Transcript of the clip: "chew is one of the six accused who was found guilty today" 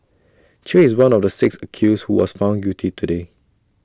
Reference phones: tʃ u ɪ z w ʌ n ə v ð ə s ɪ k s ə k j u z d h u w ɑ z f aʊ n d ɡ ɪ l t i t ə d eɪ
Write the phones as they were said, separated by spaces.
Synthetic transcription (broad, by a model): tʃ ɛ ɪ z w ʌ n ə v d ə s ɪ k s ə k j u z h u w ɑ s f aʊ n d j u t i t ə d eɪ